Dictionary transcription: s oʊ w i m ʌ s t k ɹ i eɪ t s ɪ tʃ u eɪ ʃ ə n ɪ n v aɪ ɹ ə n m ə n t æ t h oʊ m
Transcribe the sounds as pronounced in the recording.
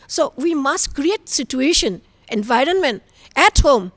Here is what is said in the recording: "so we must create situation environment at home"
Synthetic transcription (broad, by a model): s oʊ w i m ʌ s t k ɹ i eɪ t s ɪ tʃ u eɪ ʃ ə n ɪ n v aɪ ɹ ə n m ə n t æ t h oʊ m